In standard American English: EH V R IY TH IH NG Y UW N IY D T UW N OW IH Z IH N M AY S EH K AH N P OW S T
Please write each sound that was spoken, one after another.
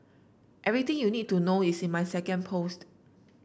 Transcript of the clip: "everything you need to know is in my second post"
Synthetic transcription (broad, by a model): EH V R IY T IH NG Y UW N IY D T UW N OW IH S IH N M AY S EH K AH N P OW S T